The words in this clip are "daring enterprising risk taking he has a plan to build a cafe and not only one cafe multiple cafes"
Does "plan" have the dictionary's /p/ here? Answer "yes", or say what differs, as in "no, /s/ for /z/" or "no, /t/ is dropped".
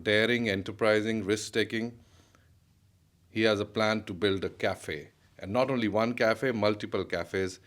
yes